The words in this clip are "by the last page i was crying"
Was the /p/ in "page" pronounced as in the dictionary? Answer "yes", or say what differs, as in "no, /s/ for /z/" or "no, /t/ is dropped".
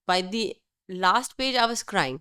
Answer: yes